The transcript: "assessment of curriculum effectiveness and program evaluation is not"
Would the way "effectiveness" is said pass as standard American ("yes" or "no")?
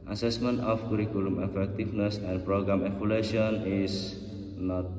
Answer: no